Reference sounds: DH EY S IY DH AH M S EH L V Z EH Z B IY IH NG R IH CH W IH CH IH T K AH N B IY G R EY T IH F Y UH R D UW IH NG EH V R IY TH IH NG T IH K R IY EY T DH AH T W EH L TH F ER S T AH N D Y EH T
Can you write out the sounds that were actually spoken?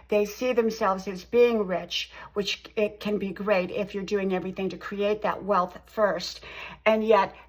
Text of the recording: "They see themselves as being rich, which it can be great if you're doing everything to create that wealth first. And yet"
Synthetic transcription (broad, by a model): DH EY S IY DH AH M S EH L V Z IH Z B IY IH NG R IH CH W IH CH IH T K AH N B IY G R EY T IH F Y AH R D UW IH NG EH V R IY TH IH NG T IH K R IY EY T DH AH T W EH L TH F ER S T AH N Y EH T